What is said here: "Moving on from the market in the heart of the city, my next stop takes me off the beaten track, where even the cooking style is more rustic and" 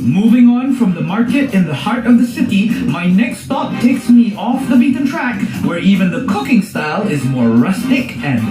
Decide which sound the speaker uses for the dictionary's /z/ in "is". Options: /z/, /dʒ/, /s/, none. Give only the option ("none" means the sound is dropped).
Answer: /z/